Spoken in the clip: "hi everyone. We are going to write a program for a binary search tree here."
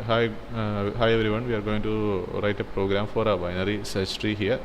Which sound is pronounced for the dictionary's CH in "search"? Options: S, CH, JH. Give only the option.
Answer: S